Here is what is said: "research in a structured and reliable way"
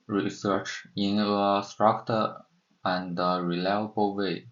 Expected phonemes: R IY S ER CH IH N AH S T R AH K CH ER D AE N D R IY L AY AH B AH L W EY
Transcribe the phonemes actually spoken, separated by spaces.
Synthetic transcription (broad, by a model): R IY S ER CH IH N AH S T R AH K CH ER AE N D R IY L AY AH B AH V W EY